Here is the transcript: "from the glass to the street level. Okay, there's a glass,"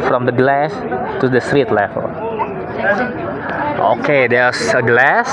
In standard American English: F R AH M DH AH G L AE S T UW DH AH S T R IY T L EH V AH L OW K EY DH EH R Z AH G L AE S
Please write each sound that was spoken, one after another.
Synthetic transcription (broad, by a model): F R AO M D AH G L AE S T UW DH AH S T R IY T L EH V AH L OW K EY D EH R S AH G L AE S